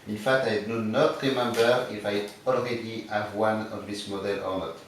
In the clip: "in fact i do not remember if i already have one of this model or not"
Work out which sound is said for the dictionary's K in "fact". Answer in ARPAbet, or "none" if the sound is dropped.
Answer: none